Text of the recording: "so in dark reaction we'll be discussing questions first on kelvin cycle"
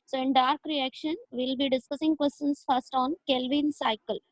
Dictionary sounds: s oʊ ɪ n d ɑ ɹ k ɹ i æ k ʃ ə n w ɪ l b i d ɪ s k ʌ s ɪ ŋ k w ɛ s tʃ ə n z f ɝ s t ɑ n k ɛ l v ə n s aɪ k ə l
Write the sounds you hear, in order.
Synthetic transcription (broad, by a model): s oʊ ɪ n d ɑ ɹ k ɹ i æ k ʃ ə n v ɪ l b i d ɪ s k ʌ s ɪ ŋ k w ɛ s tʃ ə n s f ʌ s t ɑ n k ɛ l v ə n s aɪ k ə l